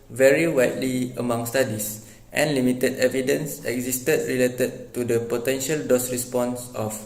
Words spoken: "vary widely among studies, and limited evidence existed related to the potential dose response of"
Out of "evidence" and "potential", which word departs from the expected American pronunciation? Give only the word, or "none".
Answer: none